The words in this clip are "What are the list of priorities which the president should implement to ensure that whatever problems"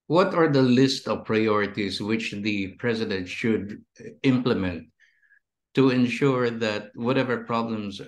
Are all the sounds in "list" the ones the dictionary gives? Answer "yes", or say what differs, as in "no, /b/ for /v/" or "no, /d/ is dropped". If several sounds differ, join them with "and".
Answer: yes